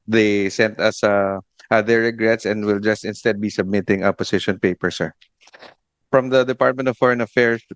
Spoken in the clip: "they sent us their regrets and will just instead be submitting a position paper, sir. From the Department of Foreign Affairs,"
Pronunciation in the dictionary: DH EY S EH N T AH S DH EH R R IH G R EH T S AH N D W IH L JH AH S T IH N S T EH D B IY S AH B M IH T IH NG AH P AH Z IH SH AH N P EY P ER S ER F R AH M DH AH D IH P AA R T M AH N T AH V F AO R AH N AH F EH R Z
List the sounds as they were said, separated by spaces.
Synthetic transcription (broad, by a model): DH EY S EH N T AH S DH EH R R IH G R EH T S AH N D W IH L JH AH S T IH N S T EH D B IY S AH B M IH T IH NG AH P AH S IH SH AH N P EY P ER S ER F R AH M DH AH D IH P AA R T M AH N T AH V F AO R AH N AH F EH R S